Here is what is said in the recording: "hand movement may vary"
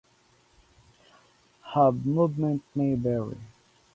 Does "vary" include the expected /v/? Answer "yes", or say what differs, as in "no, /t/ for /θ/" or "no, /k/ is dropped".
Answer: no, /b/ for /v/